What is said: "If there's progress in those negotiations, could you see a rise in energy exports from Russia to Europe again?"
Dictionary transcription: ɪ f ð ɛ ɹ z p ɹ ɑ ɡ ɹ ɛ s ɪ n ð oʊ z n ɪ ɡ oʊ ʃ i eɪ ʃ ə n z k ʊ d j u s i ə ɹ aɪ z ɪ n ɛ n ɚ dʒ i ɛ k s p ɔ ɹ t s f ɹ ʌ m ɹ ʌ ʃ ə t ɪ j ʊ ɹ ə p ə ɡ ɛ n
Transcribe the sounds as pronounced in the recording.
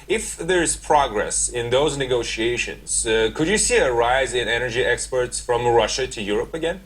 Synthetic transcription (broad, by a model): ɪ f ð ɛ ɹ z p ɹ ɑ ɡ ɹ ɛ s ɪ n ð oʊ z n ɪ ɡ oʊ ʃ i eɪ ʃ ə n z k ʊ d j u s i ə ɹ aɪ z ɪ n ɛ n ɚ dʒ i ɛ k s p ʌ ɹ t s f ɹ ʌ m ɹ ʌ ʃ ə t ɪ j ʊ ɹ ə p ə ɡ ɛ n